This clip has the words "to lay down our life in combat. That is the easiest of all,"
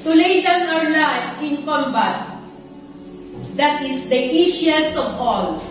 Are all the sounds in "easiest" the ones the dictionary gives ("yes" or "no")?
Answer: no